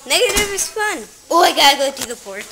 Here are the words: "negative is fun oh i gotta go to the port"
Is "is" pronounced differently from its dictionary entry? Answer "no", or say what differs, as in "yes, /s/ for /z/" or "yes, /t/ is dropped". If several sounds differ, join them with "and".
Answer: yes, /s/ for /z/